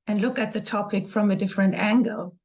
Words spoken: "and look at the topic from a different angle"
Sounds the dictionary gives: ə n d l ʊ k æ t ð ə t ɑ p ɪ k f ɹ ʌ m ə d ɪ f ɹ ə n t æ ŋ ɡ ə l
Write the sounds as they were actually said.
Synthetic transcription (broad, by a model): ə n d l ʊ k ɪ t ð ə t ɑ p ɪ k f ɹ ʌ m ə d ɪ f ɹ ə n t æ ŋ ɡ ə l